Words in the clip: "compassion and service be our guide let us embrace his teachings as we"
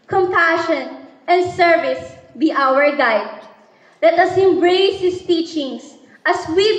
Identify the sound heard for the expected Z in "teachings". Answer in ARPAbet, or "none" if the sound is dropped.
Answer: S